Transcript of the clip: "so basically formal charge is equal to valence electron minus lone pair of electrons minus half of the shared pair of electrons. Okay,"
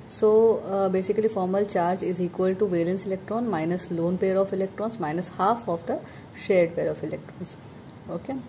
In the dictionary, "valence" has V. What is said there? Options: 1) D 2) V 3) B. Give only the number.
2